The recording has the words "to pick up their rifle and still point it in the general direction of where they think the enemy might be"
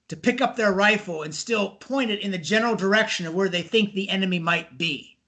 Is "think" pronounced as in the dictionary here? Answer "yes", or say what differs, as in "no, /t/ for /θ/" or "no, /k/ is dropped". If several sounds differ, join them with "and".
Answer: yes